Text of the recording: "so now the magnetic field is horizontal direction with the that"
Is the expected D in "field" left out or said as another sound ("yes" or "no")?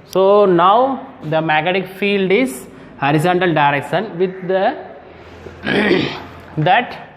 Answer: no